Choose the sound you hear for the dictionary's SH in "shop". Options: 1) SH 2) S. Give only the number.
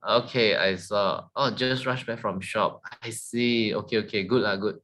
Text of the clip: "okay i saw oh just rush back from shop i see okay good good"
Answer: 1